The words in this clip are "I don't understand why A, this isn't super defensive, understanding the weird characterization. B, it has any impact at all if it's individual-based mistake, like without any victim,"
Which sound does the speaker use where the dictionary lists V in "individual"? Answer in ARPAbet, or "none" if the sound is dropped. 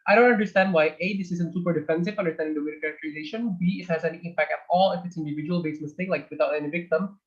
V